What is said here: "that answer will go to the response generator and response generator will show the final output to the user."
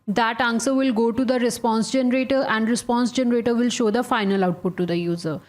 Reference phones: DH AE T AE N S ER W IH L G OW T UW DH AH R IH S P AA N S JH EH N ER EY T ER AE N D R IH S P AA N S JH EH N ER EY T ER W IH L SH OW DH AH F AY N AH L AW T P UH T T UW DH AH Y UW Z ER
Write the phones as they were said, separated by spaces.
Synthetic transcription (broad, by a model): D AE T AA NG S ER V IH L G OW T UW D AH R IH S P AA N S JH EH N ER EY T ER AE N D R IH S P AA N S JH EH N ER EY T ER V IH L SH OW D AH F AY N AH L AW T P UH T T UW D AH Y UW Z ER